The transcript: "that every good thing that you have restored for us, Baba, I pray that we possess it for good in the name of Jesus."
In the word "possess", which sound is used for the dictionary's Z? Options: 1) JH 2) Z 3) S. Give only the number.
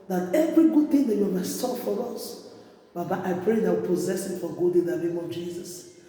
2